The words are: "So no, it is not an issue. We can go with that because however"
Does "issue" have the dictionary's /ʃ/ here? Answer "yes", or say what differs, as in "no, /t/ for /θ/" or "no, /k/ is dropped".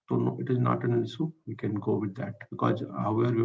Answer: no, /s/ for /ʃ/